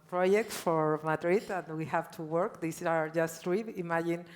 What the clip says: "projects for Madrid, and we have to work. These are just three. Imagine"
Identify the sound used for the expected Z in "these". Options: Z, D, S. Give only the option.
S